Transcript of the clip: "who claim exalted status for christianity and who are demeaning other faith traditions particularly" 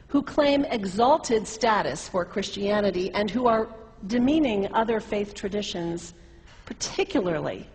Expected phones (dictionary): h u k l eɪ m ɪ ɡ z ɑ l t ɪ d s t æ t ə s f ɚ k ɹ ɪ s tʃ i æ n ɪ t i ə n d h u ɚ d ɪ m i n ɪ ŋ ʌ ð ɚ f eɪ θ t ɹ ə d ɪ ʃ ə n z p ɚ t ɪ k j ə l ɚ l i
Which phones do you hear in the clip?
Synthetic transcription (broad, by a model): h u k l eɪ m ɪ ɡ z ɑ l t ɪ d s t æ t ə s f ɚ k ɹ ɪ s tʃ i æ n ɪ t i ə n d h u ɚ d ɪ m i n ɪ ŋ ʌ ð ɚ f eɪ θ t ɹ ə d ɪ ʃ ə n z p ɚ t ɪ k j l ɚ l i